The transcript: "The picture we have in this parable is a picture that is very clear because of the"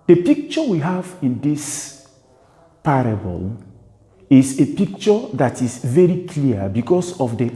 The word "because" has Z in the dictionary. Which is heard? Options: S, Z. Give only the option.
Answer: S